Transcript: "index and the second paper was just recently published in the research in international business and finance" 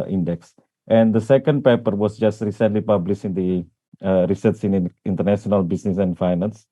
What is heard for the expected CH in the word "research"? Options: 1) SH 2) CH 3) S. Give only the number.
3